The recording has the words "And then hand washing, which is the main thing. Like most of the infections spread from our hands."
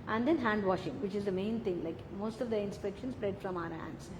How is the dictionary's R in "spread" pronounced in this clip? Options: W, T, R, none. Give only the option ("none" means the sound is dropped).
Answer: R